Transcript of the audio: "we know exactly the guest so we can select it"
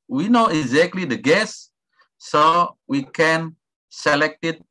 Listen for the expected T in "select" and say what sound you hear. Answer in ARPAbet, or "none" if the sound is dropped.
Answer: T